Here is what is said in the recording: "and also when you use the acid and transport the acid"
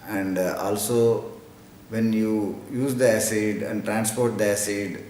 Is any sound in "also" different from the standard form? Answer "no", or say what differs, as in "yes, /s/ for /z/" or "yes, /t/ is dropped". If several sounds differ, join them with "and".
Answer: no